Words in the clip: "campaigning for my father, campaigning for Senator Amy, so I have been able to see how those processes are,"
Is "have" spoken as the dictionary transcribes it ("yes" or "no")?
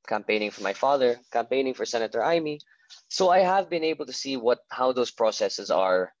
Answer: yes